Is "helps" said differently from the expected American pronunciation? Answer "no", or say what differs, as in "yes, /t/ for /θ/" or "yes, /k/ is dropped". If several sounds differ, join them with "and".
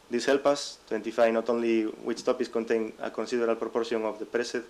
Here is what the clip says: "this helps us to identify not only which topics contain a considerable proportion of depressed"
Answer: yes, /s/ is dropped